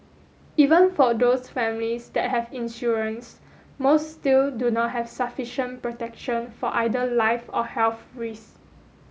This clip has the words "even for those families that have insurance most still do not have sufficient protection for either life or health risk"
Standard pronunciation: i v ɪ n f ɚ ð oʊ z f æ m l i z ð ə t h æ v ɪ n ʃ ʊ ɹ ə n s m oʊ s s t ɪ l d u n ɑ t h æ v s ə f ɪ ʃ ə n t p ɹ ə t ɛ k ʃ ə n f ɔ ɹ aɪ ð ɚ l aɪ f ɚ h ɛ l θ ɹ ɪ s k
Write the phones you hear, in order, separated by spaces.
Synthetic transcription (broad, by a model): i v ɪ n f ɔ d oʊ s f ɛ m l i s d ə t h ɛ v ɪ n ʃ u ɹ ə n s m oʊ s s t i l d u n ɑ t h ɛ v s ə f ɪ ʃ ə n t p ɹ ə t ɛ k ʃ ə n f ɔ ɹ aɪ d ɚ l aɪ f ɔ h ɛ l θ ɹ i s